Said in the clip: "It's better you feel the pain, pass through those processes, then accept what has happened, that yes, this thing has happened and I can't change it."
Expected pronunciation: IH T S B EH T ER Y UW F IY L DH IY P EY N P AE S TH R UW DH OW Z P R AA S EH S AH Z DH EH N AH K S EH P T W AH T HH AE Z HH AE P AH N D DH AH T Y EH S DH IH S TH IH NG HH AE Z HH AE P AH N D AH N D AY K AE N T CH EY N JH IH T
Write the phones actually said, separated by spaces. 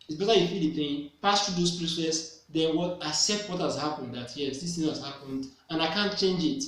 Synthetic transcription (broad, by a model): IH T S B EH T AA Y UW F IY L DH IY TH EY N P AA S T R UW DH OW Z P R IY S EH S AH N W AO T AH S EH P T W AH T HH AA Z HH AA P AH N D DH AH T Y EH S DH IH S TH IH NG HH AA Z HH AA P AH N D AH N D AY K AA N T CH EY N JH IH T